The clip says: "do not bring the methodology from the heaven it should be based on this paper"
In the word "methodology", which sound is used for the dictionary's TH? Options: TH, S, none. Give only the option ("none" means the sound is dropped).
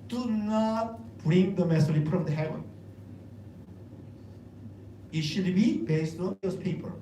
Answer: S